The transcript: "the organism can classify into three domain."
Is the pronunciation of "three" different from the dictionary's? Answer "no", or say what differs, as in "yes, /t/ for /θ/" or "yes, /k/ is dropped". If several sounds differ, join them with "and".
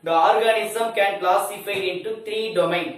yes, /t/ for /θ/